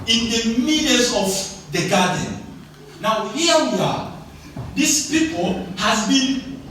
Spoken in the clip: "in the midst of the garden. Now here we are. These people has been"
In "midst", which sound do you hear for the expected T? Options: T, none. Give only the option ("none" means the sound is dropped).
none